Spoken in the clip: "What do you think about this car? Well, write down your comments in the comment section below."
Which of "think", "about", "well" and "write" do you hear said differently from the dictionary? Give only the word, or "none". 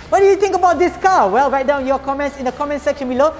think